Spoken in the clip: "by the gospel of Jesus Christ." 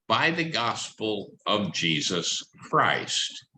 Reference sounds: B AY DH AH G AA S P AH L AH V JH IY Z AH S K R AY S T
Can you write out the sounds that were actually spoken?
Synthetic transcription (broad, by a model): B AY DH AH G AA S P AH L AH V JH IY Z AH S K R AY S T